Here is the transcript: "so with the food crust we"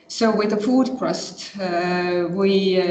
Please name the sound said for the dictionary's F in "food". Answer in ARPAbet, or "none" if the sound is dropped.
F